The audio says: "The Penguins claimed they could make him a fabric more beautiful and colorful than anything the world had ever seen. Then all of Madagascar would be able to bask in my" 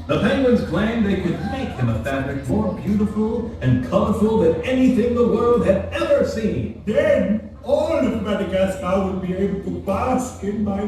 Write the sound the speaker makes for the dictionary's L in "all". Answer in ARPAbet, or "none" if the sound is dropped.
N